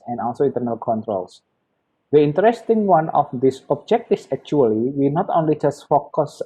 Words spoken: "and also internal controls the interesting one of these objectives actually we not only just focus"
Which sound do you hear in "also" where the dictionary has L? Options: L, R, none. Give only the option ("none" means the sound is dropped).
L